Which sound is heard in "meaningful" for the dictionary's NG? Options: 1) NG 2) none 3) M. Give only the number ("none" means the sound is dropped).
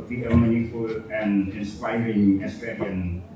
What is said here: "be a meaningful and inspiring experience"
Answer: 2